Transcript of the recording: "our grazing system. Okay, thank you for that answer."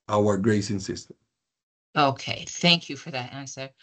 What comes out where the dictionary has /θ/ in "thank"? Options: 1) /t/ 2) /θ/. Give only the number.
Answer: 2